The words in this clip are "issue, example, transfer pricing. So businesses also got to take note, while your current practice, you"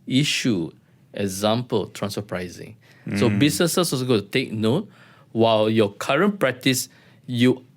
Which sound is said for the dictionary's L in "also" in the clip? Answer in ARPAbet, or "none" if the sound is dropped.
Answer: none